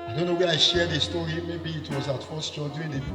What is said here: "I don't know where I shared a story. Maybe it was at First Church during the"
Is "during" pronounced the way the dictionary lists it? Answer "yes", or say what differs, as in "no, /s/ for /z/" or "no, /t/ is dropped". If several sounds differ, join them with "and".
no, /ɹ/ is dropped